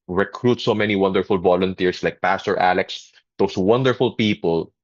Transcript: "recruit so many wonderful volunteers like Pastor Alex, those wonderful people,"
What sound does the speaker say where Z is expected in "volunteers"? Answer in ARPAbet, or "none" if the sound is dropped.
S